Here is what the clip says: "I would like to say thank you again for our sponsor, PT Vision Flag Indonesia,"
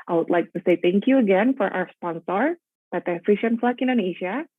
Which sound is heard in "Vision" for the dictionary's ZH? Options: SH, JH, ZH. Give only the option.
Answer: SH